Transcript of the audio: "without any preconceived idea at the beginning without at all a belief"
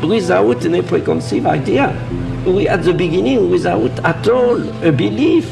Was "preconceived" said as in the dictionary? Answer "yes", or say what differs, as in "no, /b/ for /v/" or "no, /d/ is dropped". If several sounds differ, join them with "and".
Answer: no, /d/ is dropped